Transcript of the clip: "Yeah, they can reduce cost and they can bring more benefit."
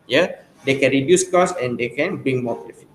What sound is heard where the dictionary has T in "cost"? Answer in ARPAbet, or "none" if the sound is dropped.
none